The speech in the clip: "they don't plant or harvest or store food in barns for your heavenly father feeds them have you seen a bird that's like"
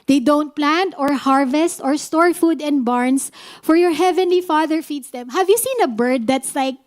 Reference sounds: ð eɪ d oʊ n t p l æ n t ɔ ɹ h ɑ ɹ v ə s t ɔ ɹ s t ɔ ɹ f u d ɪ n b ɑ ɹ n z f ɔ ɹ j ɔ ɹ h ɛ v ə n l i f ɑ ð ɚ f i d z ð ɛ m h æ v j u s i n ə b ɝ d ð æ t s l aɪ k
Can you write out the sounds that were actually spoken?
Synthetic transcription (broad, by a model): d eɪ d oʊ n t p l æ n t ɔ ɹ h ɑ ɹ v ə s t ɔ ɹ s t ɔ ɹ f u d ɪ n b ɑ ɹ n s f ɔ ɹ j ɔ ɹ h ɛ v ə n l i f ɑ ð ɚ f i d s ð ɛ m h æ v j u s i n ə b ɝ d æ t s l aɪ k